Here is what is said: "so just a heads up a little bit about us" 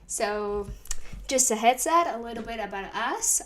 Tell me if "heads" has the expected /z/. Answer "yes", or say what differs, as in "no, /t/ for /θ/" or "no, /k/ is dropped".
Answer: no, /s/ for /z/